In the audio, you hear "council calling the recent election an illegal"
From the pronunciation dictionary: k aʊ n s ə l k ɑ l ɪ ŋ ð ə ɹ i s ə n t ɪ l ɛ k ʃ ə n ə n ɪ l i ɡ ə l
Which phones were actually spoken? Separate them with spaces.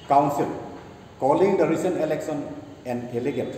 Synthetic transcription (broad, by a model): k aʊ n s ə l k ɑ l ɪ ŋ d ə ɹ i s ə n t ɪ l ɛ k s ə n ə n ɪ l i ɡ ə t